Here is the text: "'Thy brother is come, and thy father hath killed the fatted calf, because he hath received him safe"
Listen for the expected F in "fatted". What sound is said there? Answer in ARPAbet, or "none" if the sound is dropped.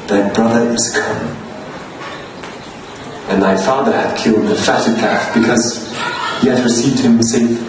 F